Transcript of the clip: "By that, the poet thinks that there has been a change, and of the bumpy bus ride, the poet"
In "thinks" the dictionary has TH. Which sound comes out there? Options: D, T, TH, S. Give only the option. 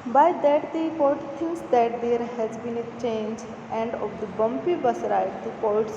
T